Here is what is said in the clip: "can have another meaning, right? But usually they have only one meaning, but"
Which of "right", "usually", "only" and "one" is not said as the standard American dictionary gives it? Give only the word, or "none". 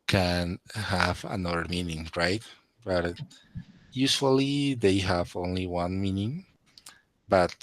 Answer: usually